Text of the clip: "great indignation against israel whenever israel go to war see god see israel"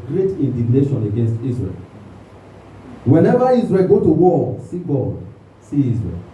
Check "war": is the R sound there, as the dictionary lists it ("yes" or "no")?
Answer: no